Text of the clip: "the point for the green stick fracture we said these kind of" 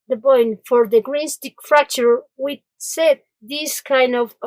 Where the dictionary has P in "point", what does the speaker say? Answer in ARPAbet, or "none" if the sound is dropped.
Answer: B